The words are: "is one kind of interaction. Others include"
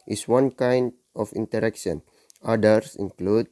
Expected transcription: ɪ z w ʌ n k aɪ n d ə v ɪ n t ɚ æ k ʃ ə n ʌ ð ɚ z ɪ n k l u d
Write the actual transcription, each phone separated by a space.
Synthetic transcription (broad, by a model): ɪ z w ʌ n k aɪ n d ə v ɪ n t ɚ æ k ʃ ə n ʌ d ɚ s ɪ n k l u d